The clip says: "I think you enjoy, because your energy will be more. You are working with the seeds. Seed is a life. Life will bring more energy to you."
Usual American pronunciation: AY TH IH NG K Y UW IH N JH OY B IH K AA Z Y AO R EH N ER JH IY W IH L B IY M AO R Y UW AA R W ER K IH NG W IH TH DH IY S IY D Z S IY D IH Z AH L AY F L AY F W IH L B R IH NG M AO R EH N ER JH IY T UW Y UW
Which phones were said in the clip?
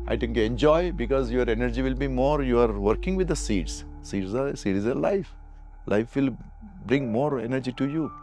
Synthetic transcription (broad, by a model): AY T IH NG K Y UW IH N JH OY B IH K AA Z Y AO R EH N ER JH IY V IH L B IY M AO R Y UW AA R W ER K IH NG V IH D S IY S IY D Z S IY D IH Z AH L AY F L AY F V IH L B R IH NG M AO R EH N ER JH IY T UW Y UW